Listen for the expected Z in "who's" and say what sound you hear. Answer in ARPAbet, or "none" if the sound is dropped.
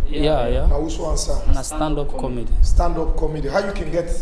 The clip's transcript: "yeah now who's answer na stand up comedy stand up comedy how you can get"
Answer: none